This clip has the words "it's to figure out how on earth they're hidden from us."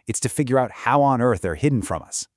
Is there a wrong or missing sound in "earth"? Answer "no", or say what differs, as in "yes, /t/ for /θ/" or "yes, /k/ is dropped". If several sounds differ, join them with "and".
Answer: no